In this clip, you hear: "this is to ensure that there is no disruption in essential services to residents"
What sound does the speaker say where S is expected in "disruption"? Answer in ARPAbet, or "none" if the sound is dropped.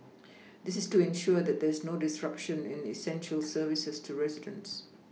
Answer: S